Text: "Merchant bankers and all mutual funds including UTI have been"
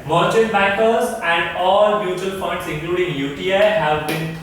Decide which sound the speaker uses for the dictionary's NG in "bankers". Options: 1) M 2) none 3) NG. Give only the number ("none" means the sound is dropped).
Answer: 2